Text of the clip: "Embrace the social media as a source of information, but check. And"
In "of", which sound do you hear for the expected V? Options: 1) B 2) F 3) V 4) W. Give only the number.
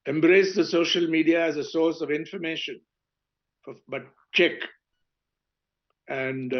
3